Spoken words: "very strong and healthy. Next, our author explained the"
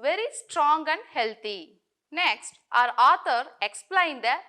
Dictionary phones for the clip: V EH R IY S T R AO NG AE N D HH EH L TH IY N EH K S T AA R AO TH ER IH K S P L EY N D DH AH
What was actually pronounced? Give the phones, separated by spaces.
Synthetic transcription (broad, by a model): V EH R IY S T R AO NG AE N D HH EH L T IY N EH K S T AA R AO T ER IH K S P L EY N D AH